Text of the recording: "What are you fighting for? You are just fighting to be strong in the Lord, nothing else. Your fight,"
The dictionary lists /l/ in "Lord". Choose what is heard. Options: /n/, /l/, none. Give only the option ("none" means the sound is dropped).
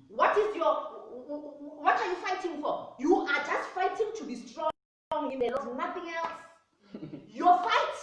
/n/